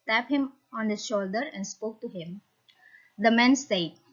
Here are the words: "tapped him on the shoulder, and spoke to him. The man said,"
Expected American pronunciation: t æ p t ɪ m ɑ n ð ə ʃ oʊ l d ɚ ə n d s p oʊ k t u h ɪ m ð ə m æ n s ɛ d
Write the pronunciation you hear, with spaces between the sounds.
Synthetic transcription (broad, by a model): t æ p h ɪ m ɑ n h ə ʃ oʊ l d ɚ ə n d s p oʊ k t u h ɪ m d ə m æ n s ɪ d